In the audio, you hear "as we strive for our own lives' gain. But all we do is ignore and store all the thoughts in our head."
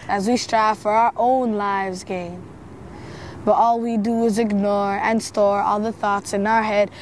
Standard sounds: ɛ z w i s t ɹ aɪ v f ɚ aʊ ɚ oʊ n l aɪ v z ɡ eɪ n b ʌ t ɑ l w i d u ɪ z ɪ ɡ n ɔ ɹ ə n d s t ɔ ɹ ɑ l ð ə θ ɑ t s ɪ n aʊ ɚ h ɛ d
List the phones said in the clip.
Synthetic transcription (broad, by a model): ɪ z w i s t ɹ aɪ v f ɚ aʊ ɚ oʊ n l aɪ v z ɡ eɪ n b ʌ t ɑ l w i d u ɪ z ɪ ɡ n ɔ ɹ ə n s t ɔ ɹ ɑ l ð ə θ ɑ t s ɪ n aʊ ɚ h ɛ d